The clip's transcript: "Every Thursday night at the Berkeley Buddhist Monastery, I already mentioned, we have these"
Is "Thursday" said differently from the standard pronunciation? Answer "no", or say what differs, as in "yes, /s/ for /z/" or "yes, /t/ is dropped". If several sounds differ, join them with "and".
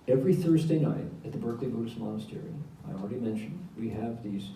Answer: no